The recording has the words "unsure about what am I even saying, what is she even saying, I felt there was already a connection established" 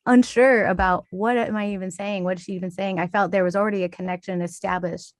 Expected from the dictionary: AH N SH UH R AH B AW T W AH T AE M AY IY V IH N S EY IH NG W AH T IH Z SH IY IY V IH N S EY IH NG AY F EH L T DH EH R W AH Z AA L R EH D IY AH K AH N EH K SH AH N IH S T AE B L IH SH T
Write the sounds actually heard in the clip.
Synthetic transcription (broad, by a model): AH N SH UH R AH B AW T W AH T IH M AY IY V IH N S EY IH NG W AH T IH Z SH IY IY V IH N S EY IH NG AY F EH L T DH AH R W AH Z L R EH D IY AH K AH N EH K SH AH N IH S T AE B L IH SH T